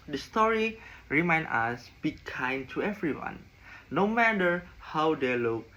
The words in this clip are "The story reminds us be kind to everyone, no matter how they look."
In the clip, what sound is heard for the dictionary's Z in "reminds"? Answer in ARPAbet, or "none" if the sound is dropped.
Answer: none